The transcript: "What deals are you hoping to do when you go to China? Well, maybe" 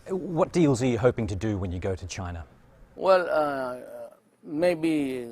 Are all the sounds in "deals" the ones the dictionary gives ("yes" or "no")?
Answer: yes